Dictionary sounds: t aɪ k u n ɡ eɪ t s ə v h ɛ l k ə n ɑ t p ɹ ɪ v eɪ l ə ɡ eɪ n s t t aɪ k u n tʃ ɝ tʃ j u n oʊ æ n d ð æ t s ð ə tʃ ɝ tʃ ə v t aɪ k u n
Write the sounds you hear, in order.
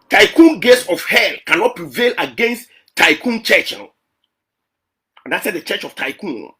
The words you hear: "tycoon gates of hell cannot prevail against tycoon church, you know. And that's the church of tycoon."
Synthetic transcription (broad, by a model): t aɪ k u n ɡ eɪ t s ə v h ɛ l k ə n ɑ t p ɹ ɪ v eɪ l ə ɡ eɪ n s t t aɪ k u n tʃ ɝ tʃ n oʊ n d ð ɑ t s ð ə tʃ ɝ tʃ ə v t aɪ k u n